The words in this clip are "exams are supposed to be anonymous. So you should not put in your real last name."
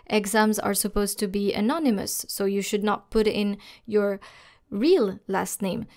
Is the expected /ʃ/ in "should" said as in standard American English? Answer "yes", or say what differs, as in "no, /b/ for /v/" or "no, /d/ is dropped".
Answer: yes